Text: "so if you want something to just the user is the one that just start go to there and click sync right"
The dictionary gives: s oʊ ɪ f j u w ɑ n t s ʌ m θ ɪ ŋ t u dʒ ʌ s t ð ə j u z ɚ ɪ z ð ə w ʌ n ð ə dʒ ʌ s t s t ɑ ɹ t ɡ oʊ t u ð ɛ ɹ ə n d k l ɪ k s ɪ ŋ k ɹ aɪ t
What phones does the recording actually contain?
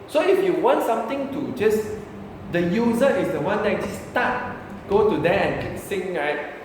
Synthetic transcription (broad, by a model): s oʊ ɪ f j u w ɑ n t s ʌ m t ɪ ŋ t u dʒ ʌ s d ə j u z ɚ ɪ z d ə w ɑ n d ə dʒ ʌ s s t ɑ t ɡ oʊ t u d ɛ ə n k ɪ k s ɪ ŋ ɹ aɪ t